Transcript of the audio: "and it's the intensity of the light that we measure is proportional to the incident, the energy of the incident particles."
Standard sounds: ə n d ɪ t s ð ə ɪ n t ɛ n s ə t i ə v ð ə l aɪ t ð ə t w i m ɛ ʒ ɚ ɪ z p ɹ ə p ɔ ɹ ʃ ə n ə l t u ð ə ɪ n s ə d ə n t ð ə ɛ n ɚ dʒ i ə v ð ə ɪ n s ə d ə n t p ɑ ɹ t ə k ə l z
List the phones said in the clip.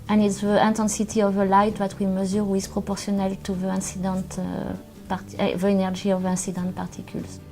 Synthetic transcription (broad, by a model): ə n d ɪ t s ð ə ɪ n t ɛ n s ə t i ə v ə l aɪ t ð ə t w i m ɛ z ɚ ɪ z p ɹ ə p ɔ ɹ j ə n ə l t u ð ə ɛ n s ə d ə n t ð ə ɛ n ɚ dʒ i ə v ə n s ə d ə n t p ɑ ɹ t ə k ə l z